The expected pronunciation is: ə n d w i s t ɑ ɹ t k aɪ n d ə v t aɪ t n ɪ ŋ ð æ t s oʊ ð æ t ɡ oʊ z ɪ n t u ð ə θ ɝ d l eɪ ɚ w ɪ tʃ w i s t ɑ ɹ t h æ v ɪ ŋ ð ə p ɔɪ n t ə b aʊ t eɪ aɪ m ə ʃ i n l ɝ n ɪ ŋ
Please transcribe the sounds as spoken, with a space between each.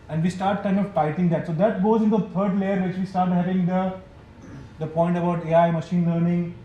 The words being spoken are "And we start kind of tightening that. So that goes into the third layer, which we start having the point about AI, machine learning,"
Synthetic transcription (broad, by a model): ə n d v i s t ɑ ɹ t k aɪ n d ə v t aɪ t ɪ ŋ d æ t s oʊ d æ t ɡ oʊ z ɪ n t u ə t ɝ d l eɪ ɚ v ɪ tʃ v i s t ɑ ɹ t h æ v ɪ ŋ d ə p ɔɪ n t ə b aʊ t eɪ aɪ m ə ʃ i n l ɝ n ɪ ŋ